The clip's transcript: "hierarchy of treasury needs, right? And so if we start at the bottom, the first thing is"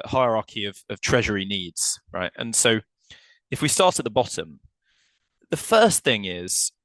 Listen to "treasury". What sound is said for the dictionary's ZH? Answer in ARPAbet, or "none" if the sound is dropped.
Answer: ZH